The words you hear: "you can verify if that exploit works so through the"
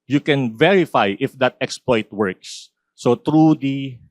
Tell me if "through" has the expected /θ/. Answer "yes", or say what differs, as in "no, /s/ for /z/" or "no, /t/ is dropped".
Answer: no, /t/ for /θ/